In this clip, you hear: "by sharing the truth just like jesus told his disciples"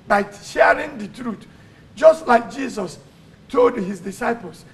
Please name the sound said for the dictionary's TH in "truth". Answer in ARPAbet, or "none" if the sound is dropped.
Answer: T